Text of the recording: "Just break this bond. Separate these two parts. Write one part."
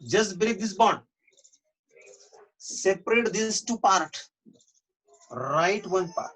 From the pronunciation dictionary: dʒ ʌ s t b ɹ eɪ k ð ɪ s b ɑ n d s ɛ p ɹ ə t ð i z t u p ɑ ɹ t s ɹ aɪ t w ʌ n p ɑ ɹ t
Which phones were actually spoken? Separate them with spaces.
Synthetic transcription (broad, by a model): dʒ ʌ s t b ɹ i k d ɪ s b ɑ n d s ɛ p ɹ ə t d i s t u p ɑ ɹ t ɹ aɪ t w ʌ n p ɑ ɹ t